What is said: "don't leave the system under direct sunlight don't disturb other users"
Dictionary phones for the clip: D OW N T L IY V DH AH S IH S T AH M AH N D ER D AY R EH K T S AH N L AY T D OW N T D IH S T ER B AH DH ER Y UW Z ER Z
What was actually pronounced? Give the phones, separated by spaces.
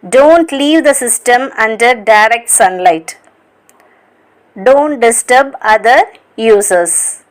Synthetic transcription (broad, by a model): D OW N T L IY V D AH S IH S T AH M AH N D ER D AY R EH K T S AH N L AY T D OW N T D IH S T ER B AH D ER Y UW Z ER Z